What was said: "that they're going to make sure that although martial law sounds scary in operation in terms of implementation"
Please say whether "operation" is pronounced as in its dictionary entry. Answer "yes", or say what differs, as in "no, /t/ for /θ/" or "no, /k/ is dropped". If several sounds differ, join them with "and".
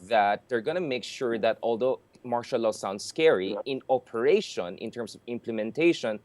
yes